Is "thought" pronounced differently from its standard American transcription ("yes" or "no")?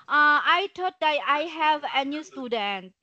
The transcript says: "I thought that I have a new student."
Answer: yes